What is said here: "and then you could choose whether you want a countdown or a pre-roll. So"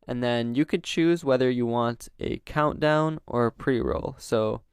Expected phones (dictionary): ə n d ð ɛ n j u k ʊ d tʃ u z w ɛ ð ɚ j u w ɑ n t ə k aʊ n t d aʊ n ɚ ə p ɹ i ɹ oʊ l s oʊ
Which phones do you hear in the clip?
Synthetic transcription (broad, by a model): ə n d ð ɛ n j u k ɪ d tʃ u z w ɛ ð ɚ j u w ɑ n t ə k aʊ n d aʊ n ɚ ə p ɹ i ɹ oʊ l s oʊ